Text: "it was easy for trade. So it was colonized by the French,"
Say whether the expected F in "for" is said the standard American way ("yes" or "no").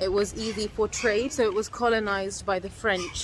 no